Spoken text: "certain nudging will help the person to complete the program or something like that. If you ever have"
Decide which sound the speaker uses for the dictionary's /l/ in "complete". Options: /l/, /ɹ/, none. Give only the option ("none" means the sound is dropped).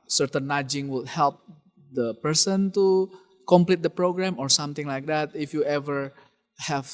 /l/